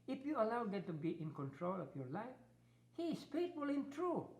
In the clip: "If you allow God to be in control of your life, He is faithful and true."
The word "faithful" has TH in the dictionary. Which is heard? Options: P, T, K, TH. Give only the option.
T